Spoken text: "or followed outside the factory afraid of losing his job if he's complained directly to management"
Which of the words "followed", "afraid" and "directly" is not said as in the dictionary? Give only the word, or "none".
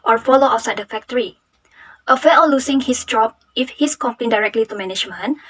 afraid